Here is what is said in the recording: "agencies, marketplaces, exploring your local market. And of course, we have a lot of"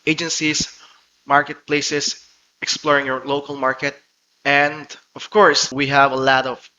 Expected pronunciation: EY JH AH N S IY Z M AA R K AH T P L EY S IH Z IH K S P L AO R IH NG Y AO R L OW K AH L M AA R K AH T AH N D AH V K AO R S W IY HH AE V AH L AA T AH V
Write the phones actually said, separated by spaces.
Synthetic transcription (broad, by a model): EY JH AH N S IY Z M AA R K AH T P L EY S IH S IH K S P L AO R IH NG Y AO R L OW K AH L M AA R K AH T AH N D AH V K AO R S W IY HH AE V AH L AA T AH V